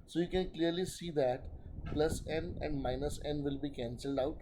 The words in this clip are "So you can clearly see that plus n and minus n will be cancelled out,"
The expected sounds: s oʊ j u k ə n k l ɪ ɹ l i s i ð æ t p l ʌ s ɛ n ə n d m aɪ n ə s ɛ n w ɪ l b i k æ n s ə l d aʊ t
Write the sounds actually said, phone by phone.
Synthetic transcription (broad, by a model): s oʊ j u k ə n k l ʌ ɹ l i s i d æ t p l ʌ s ɛ n ə n d m aɪ n ə s ɛ n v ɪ l b i k æ n s ə l d aʊ t